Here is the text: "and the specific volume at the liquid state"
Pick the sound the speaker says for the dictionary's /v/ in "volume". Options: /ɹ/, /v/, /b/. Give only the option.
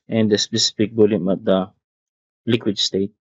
/b/